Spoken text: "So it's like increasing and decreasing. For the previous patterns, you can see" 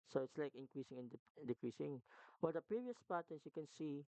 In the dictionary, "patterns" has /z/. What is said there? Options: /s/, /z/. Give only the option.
/s/